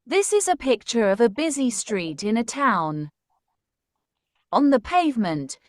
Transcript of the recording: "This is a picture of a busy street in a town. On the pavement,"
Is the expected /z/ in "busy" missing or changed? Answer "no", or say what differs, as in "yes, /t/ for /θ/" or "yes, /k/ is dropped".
no